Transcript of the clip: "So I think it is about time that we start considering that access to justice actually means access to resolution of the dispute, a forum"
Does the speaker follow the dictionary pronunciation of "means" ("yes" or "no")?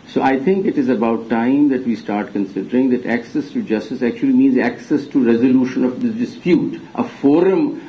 yes